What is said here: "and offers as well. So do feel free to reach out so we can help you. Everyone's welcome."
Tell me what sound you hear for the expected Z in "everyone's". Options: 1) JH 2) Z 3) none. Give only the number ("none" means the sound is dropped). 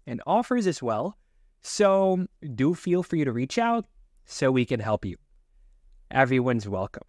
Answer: 2